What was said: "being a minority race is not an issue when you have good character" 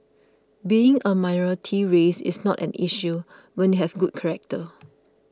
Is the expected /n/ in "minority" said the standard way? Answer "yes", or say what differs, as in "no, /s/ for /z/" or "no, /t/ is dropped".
no, /n/ is dropped